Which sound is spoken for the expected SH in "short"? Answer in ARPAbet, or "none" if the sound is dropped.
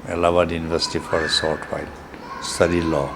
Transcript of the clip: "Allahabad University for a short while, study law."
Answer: S